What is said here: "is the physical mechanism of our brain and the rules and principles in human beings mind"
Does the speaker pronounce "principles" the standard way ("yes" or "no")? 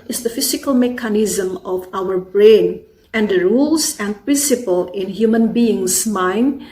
no